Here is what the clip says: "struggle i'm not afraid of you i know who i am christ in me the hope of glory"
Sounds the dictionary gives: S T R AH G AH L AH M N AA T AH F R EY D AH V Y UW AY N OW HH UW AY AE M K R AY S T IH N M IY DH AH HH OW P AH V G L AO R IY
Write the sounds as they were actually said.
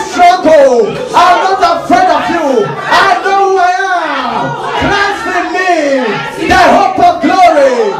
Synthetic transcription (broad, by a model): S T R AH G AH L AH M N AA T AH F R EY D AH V Y UW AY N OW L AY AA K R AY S IH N M IY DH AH HH OW P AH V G L AO R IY